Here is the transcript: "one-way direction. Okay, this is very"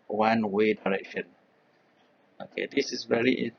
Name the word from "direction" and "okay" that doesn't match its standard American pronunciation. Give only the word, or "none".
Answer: none